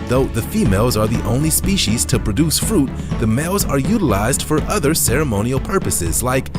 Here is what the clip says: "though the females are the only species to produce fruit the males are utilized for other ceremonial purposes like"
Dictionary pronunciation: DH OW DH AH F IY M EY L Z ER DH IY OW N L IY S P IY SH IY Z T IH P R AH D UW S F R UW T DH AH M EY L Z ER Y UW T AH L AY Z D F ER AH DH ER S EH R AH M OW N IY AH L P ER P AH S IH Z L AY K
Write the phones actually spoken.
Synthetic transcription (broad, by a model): DH OW DH AH F IY M EY L Z ER DH IY OW N L IY S P IY SH IY Z T IH P R AH D UW S F R UW T DH AH M EY L Z ER Y UW T AH L AY Z D F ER AH DH ER S EH R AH M OW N IY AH L P ER P AH S IH Z L AY K